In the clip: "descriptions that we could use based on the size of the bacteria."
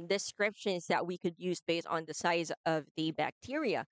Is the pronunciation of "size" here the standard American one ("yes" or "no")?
yes